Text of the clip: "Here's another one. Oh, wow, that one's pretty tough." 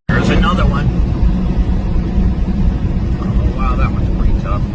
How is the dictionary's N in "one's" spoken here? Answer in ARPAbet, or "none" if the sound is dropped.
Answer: none